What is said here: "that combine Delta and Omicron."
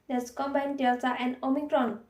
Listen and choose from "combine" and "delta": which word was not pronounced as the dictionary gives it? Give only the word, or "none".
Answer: delta